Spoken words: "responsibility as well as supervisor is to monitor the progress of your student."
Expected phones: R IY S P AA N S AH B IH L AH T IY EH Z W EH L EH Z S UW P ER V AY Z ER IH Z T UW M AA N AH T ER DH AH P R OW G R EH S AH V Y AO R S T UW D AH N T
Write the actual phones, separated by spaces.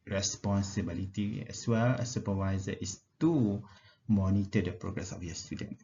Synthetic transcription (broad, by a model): R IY S P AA N S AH B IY L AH T IY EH S W EH L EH S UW P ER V AY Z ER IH S T UW M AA N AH T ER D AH P R OW G R EH S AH F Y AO S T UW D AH N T